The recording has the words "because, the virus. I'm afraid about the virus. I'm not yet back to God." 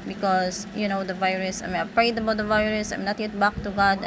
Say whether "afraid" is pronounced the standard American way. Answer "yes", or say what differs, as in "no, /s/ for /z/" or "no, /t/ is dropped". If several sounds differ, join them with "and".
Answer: no, /p/ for /f/